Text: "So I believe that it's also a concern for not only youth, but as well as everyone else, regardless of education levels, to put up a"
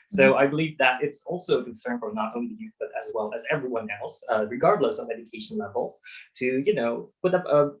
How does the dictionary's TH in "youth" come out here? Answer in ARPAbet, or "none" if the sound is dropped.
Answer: TH